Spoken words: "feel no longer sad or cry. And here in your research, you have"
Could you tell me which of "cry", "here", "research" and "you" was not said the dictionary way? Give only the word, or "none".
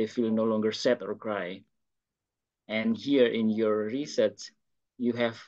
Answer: research